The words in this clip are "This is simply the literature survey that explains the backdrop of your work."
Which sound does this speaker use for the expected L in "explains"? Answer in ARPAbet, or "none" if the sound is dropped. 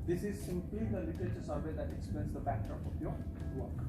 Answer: none